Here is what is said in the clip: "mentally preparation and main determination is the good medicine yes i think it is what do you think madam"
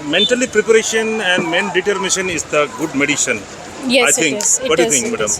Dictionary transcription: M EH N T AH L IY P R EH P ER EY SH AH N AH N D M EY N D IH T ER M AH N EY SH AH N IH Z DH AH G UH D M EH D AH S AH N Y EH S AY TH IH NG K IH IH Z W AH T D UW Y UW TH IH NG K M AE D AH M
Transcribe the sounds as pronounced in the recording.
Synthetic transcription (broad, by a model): M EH N T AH L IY P R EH P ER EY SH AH N AH N D M EY N D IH T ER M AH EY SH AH N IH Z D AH G UH D M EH D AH SH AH N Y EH AY T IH NG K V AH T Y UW T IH NG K M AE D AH M